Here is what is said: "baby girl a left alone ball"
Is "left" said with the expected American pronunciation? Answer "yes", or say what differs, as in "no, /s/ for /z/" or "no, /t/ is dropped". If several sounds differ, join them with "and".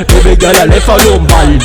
no, /t/ is dropped